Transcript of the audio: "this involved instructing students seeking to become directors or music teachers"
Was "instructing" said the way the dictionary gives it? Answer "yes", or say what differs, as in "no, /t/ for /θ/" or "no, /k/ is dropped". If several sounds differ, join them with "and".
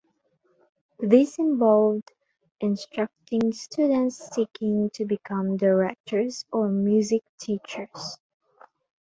yes